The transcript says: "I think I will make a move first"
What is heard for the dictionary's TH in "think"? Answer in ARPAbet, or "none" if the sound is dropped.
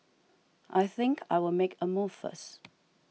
TH